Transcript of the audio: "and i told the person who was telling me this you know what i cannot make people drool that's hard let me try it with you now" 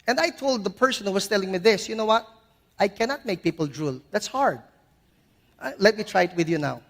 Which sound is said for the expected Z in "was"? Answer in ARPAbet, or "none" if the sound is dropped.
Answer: S